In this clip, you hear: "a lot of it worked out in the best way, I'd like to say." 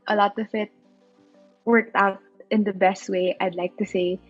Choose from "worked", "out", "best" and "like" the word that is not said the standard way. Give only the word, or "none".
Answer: none